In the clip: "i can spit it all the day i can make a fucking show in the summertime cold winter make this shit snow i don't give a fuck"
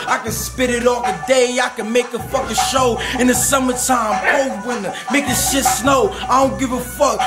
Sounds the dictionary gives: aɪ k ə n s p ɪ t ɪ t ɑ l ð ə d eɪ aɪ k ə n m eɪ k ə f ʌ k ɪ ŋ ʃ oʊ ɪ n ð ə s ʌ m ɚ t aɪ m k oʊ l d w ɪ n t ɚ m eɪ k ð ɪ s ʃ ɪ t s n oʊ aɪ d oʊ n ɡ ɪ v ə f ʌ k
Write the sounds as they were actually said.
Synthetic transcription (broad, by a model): aɪ k ə n s p ɪ t ɪ t ɑ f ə d eɪ aɪ k ə n m eɪ k ə f ʌ k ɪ ʃ oʊ ɪ n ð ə s ʌ m ɚ t aɪ m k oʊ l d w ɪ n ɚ m eɪ k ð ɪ ʃ ɪ t s n oʊ aɪ d oʊ n ɡ ɪ v ə f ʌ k